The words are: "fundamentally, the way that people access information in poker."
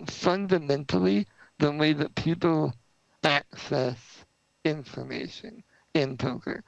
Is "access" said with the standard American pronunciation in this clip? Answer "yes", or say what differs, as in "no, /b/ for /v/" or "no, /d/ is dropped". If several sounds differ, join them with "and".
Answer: yes